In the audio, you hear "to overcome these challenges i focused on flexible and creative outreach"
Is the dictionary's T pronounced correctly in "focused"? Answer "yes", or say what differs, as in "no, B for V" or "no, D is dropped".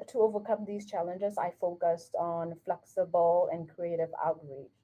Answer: yes